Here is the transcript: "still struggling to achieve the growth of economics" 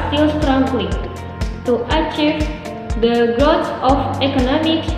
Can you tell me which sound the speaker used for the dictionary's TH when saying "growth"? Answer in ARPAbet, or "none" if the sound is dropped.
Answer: S